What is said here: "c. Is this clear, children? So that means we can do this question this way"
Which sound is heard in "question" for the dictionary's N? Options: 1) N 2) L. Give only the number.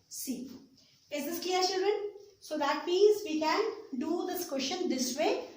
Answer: 1